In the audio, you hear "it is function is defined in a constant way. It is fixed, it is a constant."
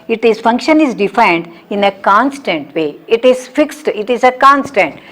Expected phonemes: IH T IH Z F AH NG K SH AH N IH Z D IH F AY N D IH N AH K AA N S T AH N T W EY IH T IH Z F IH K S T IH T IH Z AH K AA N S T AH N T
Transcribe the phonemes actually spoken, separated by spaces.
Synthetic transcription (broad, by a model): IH T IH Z F AH NG K SH AH N IH Z D IH F AY N D IH N AH K AA N S T AH N T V EY IH T IH Z F IH K S T IH T IH Z AH K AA N S T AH N T